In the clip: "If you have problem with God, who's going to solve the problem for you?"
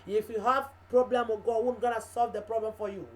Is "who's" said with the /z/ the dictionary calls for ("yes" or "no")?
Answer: no